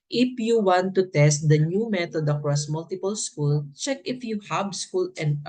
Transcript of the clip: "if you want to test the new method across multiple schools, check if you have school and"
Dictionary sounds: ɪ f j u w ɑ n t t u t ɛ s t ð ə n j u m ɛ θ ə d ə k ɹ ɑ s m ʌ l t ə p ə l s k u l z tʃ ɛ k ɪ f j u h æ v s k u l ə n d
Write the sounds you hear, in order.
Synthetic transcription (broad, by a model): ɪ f j u w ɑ n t t u t ɛ s t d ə n j u m ɛ t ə d ə k ɹ ɑ s m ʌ l t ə p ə l s k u l tʃ ɛ k ɪ f j u h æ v s k u l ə n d